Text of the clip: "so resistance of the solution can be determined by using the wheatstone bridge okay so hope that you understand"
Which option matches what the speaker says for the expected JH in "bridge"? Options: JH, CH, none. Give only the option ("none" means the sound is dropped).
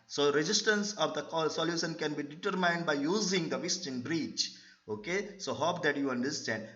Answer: CH